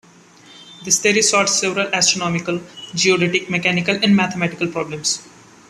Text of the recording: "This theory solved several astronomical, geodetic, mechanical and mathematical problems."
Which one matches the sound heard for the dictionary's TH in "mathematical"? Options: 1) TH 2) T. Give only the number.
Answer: 2